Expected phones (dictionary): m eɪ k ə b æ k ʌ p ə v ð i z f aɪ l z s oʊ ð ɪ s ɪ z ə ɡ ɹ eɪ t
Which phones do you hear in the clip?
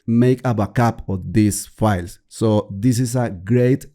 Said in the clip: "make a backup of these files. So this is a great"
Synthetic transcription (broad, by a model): m eɪ k ə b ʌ k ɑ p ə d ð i s f aɪ l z s oʊ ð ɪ s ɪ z ə ɡ ɹ eɪ t